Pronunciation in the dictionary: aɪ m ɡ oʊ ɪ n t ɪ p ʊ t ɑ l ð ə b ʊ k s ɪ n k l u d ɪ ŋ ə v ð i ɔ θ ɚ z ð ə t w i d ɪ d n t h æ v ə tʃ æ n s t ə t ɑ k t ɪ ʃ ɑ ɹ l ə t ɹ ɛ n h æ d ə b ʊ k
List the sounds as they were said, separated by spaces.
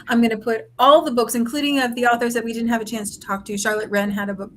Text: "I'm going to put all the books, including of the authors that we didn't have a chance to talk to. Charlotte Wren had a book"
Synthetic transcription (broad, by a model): aɪ m ɡ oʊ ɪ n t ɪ p ʊ t ɑ l ð ə b ʊ k s ɪ n k l u d ɪ ŋ ə v ð i ɔ θ ɚ z ð ə t w i d ɪ d n t h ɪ v ə tʃ æ n s t ə t ɑ k t ɪ ʃ ɑ ɹ l ə t ɹ ɛ n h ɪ d ə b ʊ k